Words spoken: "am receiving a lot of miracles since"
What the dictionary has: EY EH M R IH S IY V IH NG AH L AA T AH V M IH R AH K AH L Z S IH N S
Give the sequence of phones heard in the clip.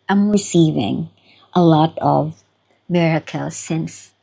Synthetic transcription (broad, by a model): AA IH M R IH S IY V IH NG AH L AA T AH V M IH R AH K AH L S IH N S